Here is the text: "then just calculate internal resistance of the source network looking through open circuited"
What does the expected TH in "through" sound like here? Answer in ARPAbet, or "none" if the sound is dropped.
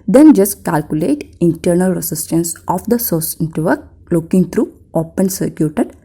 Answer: T